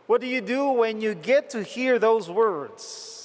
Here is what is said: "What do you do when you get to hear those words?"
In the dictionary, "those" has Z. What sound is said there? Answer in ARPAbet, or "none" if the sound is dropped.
Z